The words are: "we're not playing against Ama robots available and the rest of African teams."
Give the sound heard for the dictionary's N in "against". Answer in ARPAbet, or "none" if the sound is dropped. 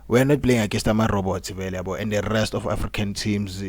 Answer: none